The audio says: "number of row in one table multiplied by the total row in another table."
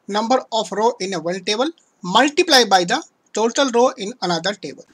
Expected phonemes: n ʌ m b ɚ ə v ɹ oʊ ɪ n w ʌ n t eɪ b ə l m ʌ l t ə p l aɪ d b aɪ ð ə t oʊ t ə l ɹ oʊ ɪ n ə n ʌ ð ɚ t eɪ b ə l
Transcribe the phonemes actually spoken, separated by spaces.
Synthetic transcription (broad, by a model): n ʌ m b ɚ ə p ɹ oʊ ɪ n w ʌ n t eɪ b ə l m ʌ l t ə p l aɪ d b aɪ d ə t oʊ t ə l ɹ oʊ ɪ n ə n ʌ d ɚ t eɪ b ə l